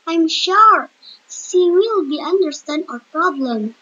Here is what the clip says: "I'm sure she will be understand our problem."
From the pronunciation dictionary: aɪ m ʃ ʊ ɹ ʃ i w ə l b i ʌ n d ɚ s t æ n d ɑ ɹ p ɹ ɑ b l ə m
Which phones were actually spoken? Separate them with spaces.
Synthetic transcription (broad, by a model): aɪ m ʃ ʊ ɹ s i w ə l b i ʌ n d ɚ s t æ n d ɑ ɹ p ɹ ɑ b l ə m